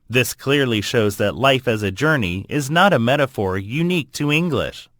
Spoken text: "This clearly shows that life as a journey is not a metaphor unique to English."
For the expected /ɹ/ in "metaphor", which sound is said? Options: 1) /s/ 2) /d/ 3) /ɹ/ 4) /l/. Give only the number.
3